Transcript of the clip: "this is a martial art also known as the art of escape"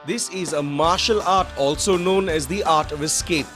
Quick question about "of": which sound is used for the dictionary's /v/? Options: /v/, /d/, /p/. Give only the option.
/v/